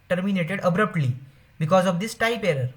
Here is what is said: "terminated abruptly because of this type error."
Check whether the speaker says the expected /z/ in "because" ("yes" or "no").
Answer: yes